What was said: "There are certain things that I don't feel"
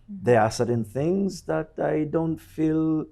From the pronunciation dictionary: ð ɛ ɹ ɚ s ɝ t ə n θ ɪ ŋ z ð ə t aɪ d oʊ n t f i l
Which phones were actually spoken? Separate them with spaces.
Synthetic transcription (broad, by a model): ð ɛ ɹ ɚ s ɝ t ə n θ ɪ ŋ z ð ə t aɪ d oʊ n t f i l